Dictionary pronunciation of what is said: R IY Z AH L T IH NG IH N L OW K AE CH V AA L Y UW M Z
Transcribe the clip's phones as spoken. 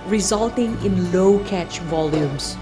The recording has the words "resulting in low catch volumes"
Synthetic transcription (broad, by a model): R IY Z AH L T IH NG IH N L OW K AE CH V AA L Y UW M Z